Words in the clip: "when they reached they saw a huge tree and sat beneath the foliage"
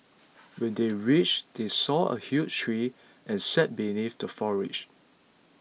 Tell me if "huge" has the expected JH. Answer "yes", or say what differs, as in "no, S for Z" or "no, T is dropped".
no, CH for JH